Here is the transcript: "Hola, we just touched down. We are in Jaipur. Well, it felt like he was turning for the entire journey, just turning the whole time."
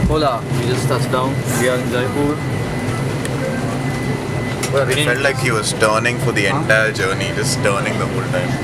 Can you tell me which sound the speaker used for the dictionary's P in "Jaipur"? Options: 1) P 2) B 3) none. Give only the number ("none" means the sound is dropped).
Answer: 3